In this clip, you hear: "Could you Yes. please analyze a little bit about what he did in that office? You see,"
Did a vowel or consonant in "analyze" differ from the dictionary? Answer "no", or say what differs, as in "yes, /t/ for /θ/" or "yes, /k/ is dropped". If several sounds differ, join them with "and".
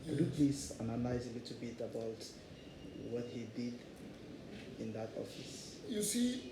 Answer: yes, /n/ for /l/